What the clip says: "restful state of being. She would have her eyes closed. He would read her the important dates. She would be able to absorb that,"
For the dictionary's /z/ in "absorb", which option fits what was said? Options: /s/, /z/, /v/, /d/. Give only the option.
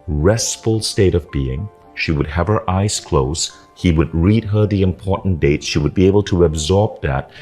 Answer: /z/